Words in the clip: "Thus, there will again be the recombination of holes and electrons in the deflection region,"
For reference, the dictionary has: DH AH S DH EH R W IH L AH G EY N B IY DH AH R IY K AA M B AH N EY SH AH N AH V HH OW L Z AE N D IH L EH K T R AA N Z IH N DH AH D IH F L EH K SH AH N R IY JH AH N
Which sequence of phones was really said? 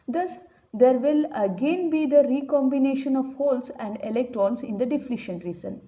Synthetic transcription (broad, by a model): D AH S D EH R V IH L AH G EY N B IY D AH R IY K AA M B AH N EY SH AH N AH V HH OW L S AE N D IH L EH K T R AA N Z IH N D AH D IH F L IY SH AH N R IY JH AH N